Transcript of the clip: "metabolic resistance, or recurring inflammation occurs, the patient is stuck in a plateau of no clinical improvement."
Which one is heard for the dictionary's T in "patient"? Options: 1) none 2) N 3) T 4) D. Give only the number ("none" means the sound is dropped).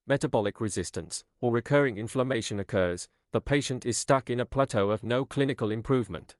3